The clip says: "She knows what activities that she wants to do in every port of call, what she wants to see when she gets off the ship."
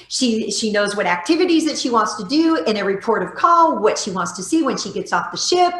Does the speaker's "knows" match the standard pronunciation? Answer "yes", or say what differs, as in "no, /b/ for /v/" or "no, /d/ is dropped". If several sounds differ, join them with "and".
yes